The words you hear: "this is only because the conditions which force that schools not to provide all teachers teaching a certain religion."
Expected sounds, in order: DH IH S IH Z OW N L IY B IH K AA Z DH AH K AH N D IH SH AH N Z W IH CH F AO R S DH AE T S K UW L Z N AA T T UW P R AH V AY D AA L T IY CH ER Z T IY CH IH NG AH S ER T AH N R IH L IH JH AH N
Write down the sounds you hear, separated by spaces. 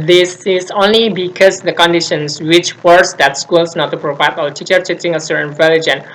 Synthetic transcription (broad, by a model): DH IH S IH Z OW N L IY B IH K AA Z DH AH K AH N D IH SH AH N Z W IH CH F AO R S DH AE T S K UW L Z N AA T T UW P R AH V AY D AA L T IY CH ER T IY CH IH NG AH S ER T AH N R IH L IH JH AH N